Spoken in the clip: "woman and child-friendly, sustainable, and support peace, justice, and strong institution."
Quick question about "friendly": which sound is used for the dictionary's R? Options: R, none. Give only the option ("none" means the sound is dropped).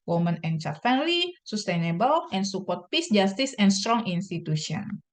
none